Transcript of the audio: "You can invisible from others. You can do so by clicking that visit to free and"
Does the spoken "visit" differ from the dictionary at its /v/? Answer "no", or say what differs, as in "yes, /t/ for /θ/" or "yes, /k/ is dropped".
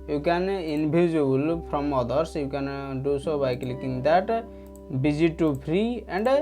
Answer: yes, /b/ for /v/